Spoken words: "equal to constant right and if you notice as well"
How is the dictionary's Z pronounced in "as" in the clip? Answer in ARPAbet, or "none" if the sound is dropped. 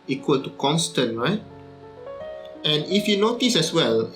S